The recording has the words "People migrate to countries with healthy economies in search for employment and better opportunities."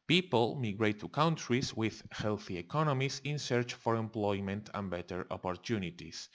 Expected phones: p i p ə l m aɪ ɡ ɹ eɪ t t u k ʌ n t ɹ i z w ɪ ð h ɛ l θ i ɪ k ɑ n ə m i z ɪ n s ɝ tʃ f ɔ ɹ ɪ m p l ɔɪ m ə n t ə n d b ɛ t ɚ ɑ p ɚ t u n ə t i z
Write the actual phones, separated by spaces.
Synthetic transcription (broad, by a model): p i p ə l m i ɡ ɹ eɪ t t u k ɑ n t ɹ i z w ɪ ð h ɛ l θ i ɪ k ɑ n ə m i s ɪ n s ɝ tʃ f ɔ ɹ ɪ m p l ɔɪ m ə n t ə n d b ɛ t ɚ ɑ p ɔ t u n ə t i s